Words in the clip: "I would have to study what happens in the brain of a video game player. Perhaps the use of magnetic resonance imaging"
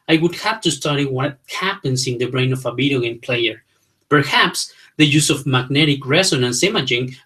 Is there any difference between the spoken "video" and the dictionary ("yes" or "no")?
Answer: yes